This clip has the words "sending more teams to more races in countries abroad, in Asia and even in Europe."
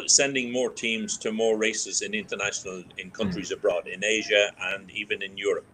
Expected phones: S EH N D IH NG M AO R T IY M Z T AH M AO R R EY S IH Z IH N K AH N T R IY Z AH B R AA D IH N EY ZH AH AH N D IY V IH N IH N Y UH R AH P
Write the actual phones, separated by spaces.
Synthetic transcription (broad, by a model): S EH N D IH NG M AO R T IY M Z T AH M AO R R EY S IH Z IH N K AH N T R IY Z AH B R AA D IH N EY ZH AH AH N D IY V IH N IH N Y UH R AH P